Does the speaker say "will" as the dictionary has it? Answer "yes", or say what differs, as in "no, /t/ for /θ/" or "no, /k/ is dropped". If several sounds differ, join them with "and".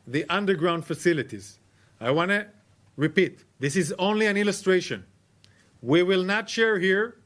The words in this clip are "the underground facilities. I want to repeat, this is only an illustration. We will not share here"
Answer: yes